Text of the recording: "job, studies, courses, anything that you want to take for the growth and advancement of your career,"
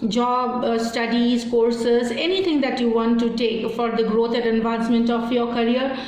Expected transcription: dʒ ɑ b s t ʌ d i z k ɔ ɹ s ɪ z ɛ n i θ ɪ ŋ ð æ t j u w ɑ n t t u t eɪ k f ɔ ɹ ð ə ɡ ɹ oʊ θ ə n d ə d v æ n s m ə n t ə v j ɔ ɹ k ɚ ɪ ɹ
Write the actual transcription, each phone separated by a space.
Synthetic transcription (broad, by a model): dʒ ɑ b s t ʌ d i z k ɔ ɹ s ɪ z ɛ n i t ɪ ŋ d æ t j u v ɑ n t t u t eɪ k f ɔ ɹ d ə ɡ ɹ oʊ t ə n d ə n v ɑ n s m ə n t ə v j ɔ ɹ k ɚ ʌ ɹ